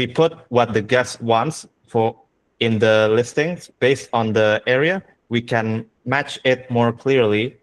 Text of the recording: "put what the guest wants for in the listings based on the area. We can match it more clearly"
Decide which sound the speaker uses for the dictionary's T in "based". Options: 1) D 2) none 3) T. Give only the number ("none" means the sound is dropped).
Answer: 3